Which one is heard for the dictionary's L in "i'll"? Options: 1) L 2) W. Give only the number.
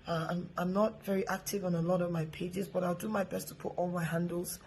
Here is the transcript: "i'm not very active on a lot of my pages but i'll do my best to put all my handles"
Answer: 1